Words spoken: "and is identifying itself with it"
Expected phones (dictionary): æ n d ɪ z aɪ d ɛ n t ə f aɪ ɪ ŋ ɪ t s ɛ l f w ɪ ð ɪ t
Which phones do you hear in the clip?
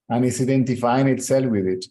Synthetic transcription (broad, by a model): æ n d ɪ s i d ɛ n t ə f aɪ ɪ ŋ ɪ t s ɛ l f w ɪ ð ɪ t